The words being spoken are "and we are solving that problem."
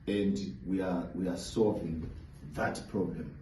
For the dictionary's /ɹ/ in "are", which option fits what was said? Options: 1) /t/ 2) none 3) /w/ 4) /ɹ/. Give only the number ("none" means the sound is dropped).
3